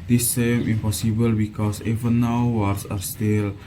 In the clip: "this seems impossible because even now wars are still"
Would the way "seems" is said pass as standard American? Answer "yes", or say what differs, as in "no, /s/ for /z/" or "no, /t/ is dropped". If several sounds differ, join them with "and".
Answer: no, /z/ is dropped